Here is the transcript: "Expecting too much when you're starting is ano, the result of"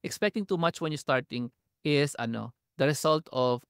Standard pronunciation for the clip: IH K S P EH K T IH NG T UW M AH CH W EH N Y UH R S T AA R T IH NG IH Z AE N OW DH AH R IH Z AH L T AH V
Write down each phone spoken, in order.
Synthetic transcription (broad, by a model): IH K S P EH K T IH NG T UW M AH CH W EH N Y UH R S T AA R T IH NG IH S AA N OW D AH R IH S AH L T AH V